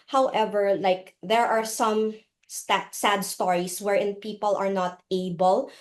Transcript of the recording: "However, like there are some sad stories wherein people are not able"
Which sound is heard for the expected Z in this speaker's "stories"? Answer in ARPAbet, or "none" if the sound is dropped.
S